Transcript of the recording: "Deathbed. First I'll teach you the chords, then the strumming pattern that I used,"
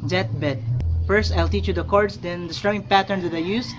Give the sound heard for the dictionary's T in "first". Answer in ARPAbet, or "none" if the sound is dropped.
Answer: T